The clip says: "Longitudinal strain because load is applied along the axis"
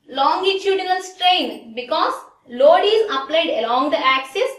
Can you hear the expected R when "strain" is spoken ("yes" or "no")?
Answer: yes